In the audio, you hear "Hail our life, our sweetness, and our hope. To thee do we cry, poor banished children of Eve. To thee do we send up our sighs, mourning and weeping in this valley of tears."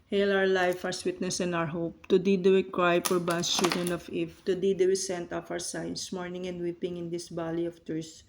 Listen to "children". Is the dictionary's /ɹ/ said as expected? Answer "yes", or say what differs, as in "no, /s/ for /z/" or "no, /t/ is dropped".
yes